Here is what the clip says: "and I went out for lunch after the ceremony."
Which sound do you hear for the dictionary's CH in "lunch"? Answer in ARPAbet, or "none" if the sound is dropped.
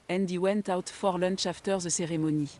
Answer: SH